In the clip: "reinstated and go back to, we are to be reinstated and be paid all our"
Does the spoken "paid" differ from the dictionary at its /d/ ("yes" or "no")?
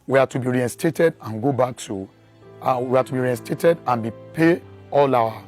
yes